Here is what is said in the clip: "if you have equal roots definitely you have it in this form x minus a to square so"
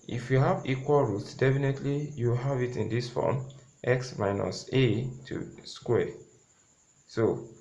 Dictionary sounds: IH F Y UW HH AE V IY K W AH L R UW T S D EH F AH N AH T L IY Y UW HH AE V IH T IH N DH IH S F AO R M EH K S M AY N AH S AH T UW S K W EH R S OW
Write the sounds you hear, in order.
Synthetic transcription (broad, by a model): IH F Y UW HH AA V IY K W AH L R UW T S D EH F AH N AH T L IY Y UW HH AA V IH T IH N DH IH S F AO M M EH K S M AY N AH S AH T UW S K W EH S OW